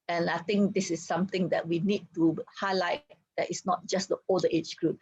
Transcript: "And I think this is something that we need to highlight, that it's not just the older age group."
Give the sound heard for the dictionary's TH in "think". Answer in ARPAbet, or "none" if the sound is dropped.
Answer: T